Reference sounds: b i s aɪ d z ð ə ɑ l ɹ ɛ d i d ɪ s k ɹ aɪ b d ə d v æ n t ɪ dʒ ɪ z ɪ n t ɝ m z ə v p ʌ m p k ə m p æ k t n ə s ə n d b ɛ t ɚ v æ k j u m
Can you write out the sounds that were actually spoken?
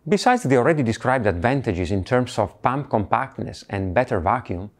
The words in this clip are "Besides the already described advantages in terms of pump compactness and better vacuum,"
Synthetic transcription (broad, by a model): b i s aɪ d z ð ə ɑ l ɹ ɛ d i d ɪ s k ɹ aɪ b d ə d v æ n t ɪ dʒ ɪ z ɪ n t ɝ m s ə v p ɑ m p k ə m p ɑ k t n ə s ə n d b ɛ t ɚ v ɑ k j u m